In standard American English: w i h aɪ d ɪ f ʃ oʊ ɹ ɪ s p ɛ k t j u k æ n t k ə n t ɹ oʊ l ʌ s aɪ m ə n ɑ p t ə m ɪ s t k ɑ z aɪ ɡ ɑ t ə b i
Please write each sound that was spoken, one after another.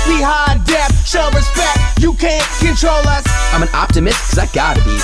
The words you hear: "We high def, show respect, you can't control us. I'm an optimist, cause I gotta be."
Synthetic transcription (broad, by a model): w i h aɪ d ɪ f ʃ oʊ ɹ ɪ s p ɛ k t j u k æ n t k ə n t ɹ oʊ l ʌ s aɪ m ə n ɑ p t ə m ɪ s t k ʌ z aɪ ɡ ɑ t ə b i